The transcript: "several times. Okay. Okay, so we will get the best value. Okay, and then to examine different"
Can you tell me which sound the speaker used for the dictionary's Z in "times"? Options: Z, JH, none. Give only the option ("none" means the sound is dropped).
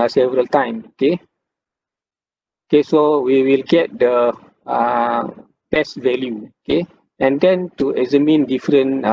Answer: none